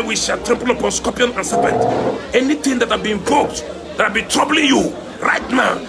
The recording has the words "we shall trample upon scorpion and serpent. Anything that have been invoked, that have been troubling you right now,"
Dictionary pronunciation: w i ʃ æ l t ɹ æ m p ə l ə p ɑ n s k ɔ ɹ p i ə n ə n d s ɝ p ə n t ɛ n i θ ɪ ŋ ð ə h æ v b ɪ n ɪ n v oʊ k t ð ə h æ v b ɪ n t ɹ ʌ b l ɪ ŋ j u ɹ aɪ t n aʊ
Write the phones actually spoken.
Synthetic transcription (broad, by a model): w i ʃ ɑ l t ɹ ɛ m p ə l ə p ɑ n s k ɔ p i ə n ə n s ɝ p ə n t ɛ n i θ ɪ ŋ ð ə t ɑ b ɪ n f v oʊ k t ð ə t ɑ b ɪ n t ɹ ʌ b l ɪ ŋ j u ɹ aɪ t n aʊ